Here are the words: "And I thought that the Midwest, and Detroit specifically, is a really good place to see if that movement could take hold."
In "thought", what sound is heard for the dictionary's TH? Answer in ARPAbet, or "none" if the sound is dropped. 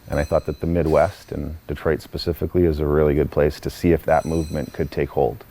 TH